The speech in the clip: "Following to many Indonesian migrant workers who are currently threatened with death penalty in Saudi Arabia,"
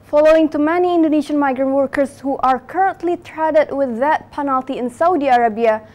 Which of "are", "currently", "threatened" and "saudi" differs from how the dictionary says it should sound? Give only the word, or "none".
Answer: threatened